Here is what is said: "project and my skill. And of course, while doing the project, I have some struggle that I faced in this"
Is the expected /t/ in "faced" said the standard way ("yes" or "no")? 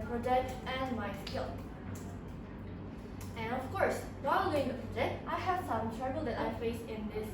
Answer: no